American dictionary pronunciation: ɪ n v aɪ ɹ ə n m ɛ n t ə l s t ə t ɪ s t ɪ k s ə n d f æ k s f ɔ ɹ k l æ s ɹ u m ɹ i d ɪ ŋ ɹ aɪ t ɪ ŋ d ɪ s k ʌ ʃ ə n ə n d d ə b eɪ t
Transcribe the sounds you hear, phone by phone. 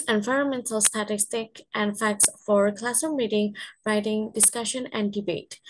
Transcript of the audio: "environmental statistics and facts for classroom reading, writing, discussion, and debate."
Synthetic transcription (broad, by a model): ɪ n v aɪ ɹ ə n m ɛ n t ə l s t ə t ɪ s t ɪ k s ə n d f æ k s f ɔ ɹ k l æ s ʌ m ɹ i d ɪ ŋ ɹ aɪ t ɪ ŋ d ɪ s k ʌ ʃ ə n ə n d d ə b eɪ t